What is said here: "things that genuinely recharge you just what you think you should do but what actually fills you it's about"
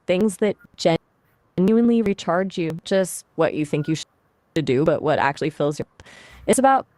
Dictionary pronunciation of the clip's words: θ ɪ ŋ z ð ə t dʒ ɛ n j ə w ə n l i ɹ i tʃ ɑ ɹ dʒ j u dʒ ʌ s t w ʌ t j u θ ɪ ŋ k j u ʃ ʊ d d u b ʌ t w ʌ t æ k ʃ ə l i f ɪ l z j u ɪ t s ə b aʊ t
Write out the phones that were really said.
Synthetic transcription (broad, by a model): θ ɪ ŋ z ð ə t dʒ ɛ n j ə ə n l i ɹ i tʃ ɑ ɹ dʒ j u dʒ ʌ s t w ʌ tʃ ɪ θ ɪ ŋ k j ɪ ʃ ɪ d d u b ʌ t w ʌ t æ k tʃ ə l i f ɪ l z j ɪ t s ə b aʊ t